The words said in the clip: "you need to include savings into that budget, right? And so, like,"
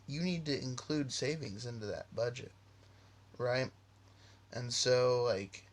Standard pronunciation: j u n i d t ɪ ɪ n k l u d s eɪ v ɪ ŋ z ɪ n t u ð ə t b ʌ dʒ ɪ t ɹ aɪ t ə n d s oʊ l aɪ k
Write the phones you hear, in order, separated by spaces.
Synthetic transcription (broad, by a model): j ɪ n i d t ɪ ɪ n k l u d s eɪ v ɪ ŋ z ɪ n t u ð ə t b ʌ dʒ ɪ t ɹ aɪ t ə n s oʊ l aɪ k